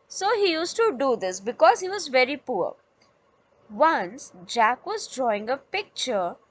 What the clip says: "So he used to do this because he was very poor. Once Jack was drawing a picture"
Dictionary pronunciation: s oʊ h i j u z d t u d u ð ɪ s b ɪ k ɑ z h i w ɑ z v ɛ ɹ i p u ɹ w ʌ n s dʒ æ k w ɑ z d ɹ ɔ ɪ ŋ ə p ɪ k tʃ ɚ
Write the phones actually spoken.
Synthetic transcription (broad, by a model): s oʊ h i j u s t u d u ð ɪ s b ɪ k ɑ z h i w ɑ z v ɛ ɹ i p u ɹ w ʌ n s dʒ æ k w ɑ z d ɹ ɔ ɪ ŋ ə p ɪ k tʃ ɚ